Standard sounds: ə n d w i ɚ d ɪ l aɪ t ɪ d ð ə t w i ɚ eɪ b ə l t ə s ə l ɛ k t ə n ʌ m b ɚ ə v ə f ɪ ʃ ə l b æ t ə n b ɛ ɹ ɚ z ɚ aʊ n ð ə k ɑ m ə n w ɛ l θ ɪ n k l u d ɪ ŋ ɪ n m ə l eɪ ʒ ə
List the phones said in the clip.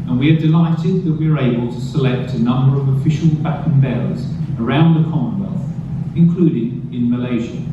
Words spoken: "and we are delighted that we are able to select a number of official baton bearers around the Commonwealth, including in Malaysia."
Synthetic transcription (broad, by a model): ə n w i ɚ d ɪ l aɪ t ɪ d ð ə t w i ɚ eɪ b ə l t ə s ə l ɛ k t ə n ʌ m b ɚ ə v ə f ɪ ʃ ə l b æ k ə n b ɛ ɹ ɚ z ɚ aʊ n ð ə k ɑ m ə n w ɛ l θ ɪ n k l u d ɪ ŋ ɪ n m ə l eɪ ʒ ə